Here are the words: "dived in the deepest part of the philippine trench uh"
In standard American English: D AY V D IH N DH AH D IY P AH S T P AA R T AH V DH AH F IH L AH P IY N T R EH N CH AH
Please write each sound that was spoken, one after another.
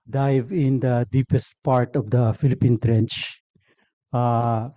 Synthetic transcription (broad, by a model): D AY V IH N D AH D IY P AH S T P AA R T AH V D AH F IH L AH P IY N T R EH N CH